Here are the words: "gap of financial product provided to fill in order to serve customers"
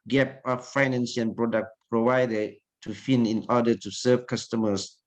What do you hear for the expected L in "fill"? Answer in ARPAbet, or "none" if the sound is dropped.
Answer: N